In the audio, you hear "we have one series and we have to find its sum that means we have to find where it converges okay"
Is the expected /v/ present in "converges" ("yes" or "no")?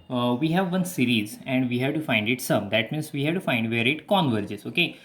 yes